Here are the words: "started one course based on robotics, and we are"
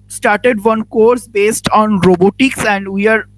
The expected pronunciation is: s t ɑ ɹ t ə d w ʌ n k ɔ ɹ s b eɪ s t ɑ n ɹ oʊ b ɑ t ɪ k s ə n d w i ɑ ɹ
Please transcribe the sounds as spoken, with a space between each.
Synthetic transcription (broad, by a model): s t ɑ ɹ t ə d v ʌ n k ɔ ɹ s b eɪ s t ɑ n ɹ oʊ b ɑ t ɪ k s ə n d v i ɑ ɹ